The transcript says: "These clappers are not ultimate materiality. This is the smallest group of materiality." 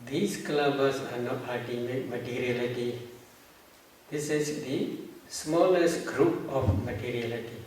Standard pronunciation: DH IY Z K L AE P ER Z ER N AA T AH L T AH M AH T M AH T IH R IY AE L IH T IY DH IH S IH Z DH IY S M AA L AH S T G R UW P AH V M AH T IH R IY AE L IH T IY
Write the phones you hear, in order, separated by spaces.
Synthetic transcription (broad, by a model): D IY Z K L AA B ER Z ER N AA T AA T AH M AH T M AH T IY R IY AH L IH T IY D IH S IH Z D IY S M AA L AH S T G R UW P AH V M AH T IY R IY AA L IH T IY